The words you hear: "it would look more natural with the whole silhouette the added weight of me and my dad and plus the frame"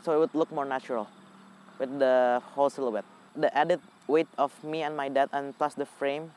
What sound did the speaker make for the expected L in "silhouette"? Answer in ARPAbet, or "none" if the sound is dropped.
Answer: L